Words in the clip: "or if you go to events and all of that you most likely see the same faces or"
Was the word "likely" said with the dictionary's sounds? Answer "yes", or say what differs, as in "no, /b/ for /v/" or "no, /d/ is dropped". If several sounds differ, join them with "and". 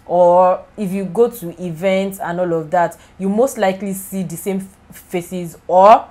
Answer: yes